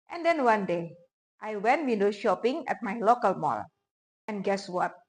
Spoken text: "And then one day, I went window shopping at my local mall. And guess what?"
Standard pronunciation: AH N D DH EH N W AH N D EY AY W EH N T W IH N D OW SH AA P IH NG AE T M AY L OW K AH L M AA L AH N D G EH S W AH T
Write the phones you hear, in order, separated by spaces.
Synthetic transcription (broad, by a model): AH N D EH N W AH N D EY AY W EH N T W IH N D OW SH AA P IH NG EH T M AY L OW K AH L M AA L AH N G EH S W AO T